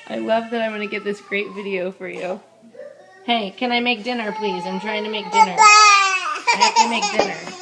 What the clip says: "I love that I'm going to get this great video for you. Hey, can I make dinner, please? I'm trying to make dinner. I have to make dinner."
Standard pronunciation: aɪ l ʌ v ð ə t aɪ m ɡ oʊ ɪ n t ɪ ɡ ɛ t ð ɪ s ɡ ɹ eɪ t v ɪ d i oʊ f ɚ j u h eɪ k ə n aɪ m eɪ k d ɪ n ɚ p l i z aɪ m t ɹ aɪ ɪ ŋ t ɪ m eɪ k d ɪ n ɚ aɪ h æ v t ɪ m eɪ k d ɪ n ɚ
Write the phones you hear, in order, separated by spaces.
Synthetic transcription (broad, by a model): aɪ l ʌ v ð ə t aɪ m ɡ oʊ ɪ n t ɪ ɡ ɛ t ð ɪ s ɡ ɹ eɪ t v ɪ d i oʊ f ɚ j u h eɪ k ə n aɪ m eɪ k d ɪ n ɚ p l i z aɪ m t ɹ aɪ ɪ ŋ t ɪ m eɪ k d ɪ n ɚ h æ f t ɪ m eɪ k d ɪ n ɚ